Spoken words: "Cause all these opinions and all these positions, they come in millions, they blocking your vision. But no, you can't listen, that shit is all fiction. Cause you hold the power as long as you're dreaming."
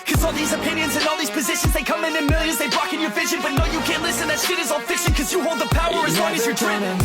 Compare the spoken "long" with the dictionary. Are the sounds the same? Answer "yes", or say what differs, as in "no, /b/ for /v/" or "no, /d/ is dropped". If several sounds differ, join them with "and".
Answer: no, /w/ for /l/